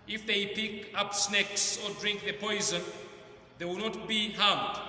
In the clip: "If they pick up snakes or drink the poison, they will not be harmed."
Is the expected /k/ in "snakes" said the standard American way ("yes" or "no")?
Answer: yes